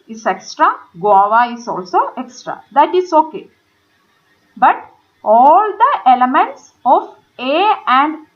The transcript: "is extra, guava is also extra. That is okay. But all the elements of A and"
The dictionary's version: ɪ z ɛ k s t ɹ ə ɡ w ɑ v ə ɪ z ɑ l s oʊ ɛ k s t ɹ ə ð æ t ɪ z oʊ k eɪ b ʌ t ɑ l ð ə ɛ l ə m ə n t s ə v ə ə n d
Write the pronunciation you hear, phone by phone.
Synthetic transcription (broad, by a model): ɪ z ɛ k s t ɹ ə ɡ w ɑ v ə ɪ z ɑ l s oʊ ɛ k s t ɹ ə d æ t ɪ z oʊ k eɪ b ʌ t ɑ l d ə ɛ l ə m ə n t s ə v ə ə n d